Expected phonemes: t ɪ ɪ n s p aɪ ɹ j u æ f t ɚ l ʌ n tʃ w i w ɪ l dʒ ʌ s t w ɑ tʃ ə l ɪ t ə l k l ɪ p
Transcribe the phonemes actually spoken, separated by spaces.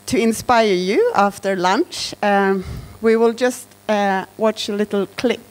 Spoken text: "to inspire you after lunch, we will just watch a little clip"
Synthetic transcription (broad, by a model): t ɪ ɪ n s p aɪ ɹ j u æ f t ɚ l ʌ n tʃ w i w ɪ l dʒ ʌ s t w ɑ tʃ ə l ɪ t l k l ɪ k